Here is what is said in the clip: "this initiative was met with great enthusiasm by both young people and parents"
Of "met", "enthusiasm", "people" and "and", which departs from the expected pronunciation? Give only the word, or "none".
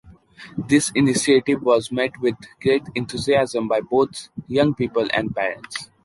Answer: enthusiasm